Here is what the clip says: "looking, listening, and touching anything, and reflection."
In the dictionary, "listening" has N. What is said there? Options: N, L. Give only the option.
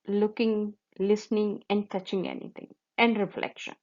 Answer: N